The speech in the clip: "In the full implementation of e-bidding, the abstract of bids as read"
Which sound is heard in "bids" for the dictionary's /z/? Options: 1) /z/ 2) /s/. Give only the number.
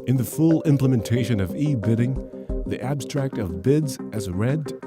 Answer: 1